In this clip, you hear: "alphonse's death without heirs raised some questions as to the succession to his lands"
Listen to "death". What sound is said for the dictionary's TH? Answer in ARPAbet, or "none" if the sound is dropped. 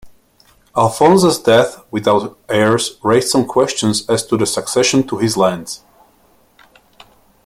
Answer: TH